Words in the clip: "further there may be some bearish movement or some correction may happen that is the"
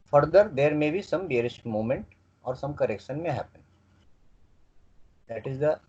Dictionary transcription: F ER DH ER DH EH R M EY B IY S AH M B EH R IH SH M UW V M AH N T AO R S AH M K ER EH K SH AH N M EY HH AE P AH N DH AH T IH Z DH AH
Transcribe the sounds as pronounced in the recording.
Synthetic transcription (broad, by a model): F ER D ER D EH R M EY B IY S AH M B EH R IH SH M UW M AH N T AO R S AH M K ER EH K SH AH N M EY HH AE P AH N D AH T IH Z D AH